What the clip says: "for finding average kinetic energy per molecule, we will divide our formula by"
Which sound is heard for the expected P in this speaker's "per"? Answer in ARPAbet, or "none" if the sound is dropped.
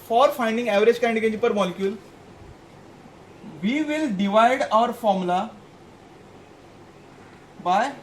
P